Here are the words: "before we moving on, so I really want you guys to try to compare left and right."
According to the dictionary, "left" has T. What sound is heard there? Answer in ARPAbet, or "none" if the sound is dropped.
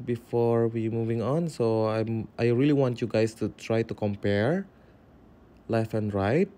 none